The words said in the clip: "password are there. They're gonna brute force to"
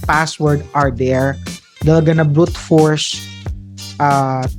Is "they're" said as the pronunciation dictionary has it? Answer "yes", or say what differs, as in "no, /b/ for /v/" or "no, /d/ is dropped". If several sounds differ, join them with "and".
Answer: no, /l/ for /ɹ/